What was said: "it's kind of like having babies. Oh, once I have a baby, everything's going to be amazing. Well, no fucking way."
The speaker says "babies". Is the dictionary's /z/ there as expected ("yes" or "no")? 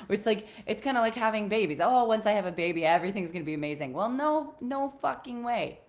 yes